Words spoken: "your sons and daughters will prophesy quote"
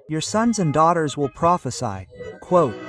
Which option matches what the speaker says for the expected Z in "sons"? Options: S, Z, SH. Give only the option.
Z